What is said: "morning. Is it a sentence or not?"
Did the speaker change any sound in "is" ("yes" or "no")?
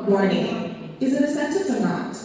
no